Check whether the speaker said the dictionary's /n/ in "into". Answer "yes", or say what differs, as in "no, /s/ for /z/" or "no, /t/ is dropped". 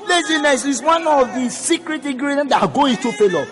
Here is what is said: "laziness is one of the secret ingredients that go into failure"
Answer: no, /n/ is dropped